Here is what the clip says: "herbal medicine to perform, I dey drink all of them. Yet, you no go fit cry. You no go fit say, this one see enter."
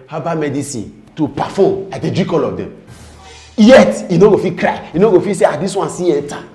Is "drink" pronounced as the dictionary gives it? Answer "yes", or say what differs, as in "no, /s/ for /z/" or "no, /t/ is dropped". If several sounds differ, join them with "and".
no, /ŋ/ is dropped